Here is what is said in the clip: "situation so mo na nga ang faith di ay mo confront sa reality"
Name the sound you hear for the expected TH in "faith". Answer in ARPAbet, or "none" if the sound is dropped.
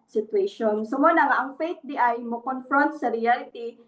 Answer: T